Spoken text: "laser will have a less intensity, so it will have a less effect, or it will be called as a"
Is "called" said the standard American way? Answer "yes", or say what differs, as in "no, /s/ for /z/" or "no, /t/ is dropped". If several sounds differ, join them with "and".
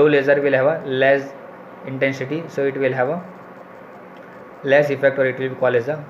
no, /d/ is dropped